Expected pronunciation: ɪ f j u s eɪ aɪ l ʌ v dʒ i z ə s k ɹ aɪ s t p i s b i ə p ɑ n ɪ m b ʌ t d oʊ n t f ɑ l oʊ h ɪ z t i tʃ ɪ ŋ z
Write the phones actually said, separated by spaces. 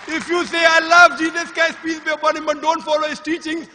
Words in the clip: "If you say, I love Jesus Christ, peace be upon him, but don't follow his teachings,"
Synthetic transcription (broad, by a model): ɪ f j u s eɪ aɪ l ʌ v dʒ i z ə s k aɪ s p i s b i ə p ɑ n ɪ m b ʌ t d oʊ n t f ɑ l oʊ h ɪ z t i tʃ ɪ ŋ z